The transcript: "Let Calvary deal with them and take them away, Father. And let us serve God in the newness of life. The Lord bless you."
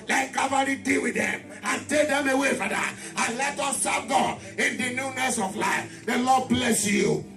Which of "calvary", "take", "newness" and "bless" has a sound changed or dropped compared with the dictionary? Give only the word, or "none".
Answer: calvary